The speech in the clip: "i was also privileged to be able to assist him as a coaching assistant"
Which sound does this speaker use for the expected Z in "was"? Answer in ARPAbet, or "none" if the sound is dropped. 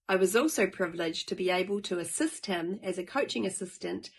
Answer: Z